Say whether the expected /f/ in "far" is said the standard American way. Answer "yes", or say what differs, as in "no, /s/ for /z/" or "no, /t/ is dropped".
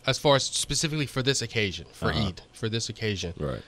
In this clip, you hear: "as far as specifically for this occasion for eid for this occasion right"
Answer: yes